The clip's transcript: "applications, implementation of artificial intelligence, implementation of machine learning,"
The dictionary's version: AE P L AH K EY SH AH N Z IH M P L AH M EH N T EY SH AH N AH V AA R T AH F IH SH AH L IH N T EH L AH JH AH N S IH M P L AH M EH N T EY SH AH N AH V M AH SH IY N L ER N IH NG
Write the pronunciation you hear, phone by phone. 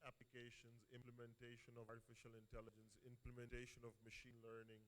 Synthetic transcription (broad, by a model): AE P L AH K EY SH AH N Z IH M P L AH M EH N T EY SH AH N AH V AA R T AH F IH SH AH L IH N T EH L AH JH AH N S IH M P L AH M EH N T EY SH AH N AH V M AH SH IY N L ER N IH NG